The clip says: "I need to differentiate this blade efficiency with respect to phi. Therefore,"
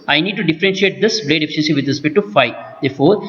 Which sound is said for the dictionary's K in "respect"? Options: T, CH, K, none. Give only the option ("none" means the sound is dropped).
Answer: none